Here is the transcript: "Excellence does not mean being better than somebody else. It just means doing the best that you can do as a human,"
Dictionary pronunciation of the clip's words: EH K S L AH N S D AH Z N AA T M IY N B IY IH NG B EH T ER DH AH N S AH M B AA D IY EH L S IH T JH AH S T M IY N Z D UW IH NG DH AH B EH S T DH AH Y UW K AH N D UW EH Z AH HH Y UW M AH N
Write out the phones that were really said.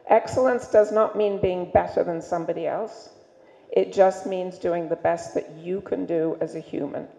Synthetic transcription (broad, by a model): EH K S L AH N S D AH Z N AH T M IY N B IY IH NG B EH T ER DH AH N S AH M B AA D IY EH L S IH T JH AH S T M IY N Z D UW IH NG DH AH B EH S T DH AH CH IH K AH N D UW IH Z AH HH Y UW M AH N